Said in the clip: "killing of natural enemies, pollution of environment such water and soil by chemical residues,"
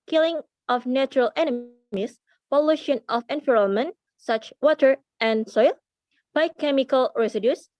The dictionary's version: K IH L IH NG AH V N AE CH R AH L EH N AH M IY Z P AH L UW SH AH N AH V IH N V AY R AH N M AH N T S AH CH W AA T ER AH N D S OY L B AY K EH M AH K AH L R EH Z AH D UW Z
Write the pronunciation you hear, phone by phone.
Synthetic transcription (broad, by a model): K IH L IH NG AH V N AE CH R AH L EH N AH M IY S P AH L UW SH AH N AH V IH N F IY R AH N M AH N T S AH CH W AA T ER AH N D S OY L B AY K EH M AH K AH L R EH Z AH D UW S